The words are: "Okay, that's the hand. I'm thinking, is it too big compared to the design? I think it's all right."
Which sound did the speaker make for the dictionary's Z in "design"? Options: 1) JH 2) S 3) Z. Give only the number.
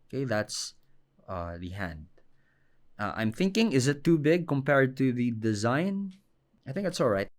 3